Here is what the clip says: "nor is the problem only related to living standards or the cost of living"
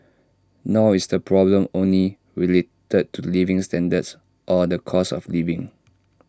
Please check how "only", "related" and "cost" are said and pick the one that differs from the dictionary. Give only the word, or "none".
cost